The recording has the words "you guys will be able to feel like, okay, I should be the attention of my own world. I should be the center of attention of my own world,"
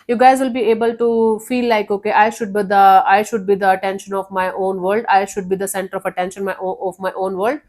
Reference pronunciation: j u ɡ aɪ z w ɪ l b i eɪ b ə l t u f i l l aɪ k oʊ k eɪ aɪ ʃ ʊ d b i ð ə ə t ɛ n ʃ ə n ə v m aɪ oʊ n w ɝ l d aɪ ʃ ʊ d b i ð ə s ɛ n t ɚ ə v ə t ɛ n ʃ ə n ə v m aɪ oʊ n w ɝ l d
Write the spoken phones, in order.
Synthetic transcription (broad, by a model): j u ɡ aɪ z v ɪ l b i eɪ b ə l t u f i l l aɪ k oʊ k eɪ aɪ ʃ ʊ d b i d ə ə t ɛ n ʃ ə n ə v m aɪ oʊ n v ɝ l d aɪ ʃ ʊ d b i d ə s ɛ n t ɚ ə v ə t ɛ n ʃ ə n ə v m aɪ oʊ n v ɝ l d